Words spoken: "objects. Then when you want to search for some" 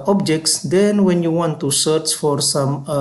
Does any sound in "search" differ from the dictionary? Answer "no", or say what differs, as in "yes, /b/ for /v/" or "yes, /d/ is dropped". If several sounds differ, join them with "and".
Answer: no